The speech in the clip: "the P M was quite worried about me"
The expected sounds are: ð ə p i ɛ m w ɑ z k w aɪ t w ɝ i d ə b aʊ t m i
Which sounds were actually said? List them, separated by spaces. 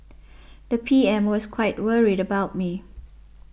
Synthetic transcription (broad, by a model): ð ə p i ɛ m w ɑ s k w aɪ t w ɝ i d ə b aʊ t m i